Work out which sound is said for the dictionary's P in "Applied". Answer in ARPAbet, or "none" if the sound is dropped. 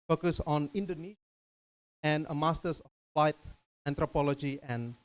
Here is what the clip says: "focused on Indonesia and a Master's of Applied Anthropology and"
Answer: F